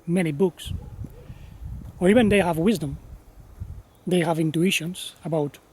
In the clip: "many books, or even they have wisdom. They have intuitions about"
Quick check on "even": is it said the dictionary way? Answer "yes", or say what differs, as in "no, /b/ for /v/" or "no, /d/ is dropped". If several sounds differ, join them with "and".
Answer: yes